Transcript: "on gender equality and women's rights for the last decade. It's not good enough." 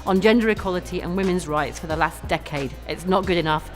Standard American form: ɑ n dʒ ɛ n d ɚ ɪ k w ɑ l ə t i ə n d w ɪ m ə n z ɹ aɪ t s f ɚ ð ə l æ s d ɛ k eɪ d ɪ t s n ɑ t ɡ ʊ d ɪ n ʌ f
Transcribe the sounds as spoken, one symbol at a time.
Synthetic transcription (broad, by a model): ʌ n dʒ ɛ n d ɚ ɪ k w ɑ l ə t i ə n w ɪ m ə n z ɹ aɪ t s f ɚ ð ə l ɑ s d ɛ k eɪ d ɪ t s n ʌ t ɡ ʊ d ɪ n ʌ f